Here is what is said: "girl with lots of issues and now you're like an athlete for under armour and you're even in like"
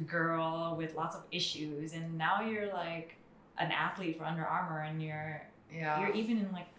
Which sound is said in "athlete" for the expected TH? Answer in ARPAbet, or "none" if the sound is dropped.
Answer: TH